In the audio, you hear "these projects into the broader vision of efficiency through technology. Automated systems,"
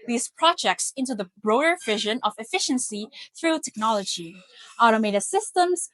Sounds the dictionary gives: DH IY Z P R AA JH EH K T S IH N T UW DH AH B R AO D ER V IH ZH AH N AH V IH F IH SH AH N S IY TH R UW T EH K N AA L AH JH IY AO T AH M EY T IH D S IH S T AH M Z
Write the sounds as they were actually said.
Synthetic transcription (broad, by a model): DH IY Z P R AA JH EH K T S IH N T UW DH AH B R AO D ER V IH ZH AH N AH V IH F IH SH AH N S IY TH R UW T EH K N AA L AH JH IY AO T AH M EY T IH S IH S T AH M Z